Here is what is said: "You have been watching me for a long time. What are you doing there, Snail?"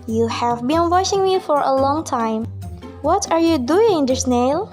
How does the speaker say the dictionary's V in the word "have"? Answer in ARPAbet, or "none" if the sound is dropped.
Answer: V